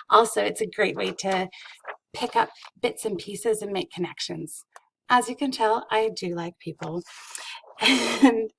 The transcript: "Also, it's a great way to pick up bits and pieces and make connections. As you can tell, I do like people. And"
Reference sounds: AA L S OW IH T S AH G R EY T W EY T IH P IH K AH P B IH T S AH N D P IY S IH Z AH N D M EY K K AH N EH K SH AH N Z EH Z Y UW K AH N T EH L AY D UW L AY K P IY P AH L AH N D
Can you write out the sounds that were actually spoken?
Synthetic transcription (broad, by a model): AA L S OW IH T S AH G R EY T W EY T IH P IH K AH P B IH T S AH N P IY S IH Z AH N M EY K K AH N EH K SH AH N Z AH Z Y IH K AH N T EH L AY D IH L AY K P IY P L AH N